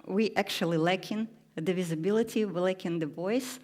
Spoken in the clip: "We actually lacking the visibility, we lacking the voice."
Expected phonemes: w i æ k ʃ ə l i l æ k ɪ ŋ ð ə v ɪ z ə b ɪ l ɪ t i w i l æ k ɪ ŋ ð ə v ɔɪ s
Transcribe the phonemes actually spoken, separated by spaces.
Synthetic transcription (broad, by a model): w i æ k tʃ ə l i l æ k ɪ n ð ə v ɪ z ə b ɪ l ɪ t i w i l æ k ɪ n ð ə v ɔɪ s